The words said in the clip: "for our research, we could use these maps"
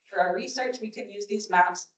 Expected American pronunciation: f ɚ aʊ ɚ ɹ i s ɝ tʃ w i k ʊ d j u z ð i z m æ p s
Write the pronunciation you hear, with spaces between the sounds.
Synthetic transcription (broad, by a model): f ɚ aʊ ɚ ɹ i s ɝ tʃ w i k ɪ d j u z ð i z m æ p s